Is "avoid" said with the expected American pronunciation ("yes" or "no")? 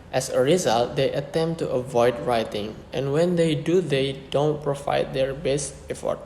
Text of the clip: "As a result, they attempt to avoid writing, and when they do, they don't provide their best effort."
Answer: yes